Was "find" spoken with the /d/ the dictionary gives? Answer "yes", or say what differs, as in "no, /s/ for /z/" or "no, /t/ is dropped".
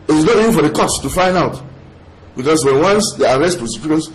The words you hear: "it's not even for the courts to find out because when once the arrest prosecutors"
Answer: yes